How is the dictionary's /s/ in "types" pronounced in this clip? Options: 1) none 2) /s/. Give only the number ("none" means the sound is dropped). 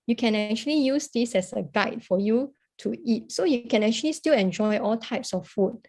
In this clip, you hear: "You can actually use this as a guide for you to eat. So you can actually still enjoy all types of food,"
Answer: 2